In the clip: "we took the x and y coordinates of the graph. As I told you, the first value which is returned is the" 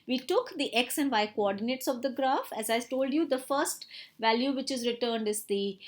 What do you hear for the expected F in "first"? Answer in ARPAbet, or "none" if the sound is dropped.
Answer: F